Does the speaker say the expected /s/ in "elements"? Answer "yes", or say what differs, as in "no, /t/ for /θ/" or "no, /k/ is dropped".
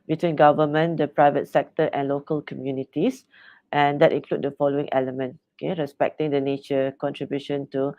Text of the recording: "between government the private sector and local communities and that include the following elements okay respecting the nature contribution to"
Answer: no, /s/ is dropped